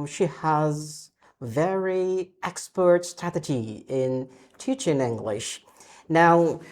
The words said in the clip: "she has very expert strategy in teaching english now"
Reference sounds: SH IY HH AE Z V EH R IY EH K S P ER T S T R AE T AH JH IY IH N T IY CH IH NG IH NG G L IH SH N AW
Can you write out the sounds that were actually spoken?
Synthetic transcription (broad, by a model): SH IY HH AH Z V EH R IY EH K S P ER T S T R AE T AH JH IY IH N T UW CH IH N IH NG G L IH SH N AW